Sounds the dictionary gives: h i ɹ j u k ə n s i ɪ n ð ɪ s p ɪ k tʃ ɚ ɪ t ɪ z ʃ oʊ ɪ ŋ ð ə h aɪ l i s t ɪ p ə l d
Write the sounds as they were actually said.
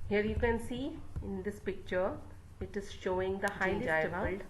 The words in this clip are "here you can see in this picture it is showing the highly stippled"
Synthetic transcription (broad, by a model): h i ɹ j u k ə n s i ɪ n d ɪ s p ɪ k tʃ ɚ ɪ t ɪ z ʃ oʊ ɪ ŋ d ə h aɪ i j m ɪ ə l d